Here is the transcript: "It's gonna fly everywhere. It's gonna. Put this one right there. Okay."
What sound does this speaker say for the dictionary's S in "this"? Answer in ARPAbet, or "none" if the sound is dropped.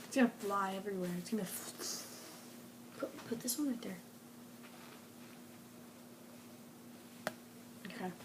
S